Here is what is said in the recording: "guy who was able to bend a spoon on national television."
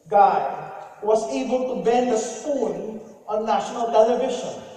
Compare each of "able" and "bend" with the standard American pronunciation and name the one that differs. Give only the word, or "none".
none